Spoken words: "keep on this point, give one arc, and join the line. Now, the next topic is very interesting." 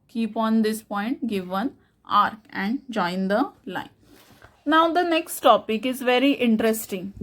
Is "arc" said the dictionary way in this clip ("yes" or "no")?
yes